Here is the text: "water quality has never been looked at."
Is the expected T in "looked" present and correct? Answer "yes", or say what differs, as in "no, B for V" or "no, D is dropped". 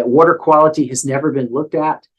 yes